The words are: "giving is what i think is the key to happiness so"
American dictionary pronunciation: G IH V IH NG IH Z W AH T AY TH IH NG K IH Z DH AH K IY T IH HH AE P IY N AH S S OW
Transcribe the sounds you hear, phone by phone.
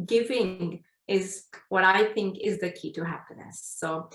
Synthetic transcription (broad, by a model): G IH V IH NG IH Z W AH T AY TH IH NG K IH Z DH AH K IY T IH HH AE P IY N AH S S OW